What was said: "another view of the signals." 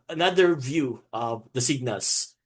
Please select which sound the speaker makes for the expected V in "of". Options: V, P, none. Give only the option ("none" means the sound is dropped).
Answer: V